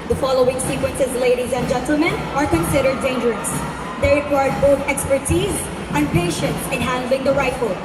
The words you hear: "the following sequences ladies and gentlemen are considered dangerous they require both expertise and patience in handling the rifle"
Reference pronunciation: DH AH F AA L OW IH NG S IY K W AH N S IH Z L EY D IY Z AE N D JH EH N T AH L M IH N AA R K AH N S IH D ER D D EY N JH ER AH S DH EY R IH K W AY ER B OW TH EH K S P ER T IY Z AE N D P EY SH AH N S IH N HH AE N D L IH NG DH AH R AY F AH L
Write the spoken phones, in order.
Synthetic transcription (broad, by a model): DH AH F AA L OW IH NG S IY K W AH N S IH Z L EY D IY Z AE N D JH EH N T L M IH N AA R K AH N S IH D ER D D EY N JH ER AH S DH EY R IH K W AY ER B OW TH EH K S P ER T IY Z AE N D P EY SH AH N S IH N HH AE N D L IH NG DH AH R AY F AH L